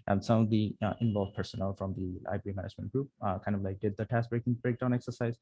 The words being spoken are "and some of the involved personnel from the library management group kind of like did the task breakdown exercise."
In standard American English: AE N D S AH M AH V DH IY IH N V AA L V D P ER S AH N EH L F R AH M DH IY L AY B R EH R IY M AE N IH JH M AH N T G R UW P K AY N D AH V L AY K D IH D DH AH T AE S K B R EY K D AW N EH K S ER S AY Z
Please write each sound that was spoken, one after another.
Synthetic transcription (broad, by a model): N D S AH AH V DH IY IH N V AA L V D P ER S AH N EH L F R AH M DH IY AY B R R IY M AE N IH JH M AH N T G R UW P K AY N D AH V L AY K D IH D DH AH T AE S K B R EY K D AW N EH K S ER S AY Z